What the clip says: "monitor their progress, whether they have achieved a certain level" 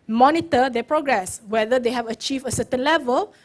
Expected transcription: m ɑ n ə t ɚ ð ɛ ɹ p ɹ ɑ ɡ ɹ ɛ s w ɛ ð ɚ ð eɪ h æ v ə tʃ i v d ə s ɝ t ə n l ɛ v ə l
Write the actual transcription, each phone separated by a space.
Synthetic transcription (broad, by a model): m ɑ n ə t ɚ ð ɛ p ɹ ɑ ɡ ɹ ɛ s w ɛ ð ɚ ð eɪ h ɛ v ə tʃ i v ə s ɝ t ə n l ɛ v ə l